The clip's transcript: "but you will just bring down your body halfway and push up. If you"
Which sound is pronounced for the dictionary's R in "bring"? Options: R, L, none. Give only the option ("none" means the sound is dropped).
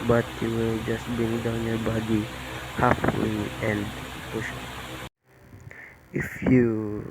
none